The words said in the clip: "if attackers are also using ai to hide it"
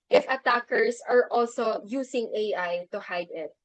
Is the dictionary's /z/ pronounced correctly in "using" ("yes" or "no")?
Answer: no